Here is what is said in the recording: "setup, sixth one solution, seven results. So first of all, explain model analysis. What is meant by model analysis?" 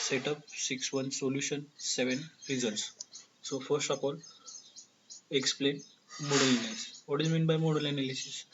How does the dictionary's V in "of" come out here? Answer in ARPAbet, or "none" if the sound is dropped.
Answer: P